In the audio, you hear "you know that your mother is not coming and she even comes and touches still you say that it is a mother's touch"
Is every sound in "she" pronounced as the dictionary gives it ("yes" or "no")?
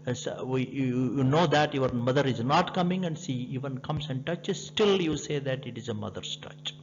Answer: no